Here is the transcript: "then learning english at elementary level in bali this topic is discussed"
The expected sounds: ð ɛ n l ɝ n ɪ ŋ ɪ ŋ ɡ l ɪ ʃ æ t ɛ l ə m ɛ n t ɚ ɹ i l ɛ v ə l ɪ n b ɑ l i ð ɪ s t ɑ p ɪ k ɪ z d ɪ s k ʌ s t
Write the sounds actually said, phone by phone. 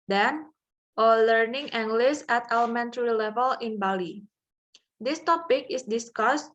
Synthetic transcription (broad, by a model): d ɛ n l ɝ n ɪ ŋ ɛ ŋ ɡ l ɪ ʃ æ t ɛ l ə m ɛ n t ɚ ɹ i l ɛ v ə l ɪ n b ɑ l i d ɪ s t ɑ p ɪ k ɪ s d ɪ s k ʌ s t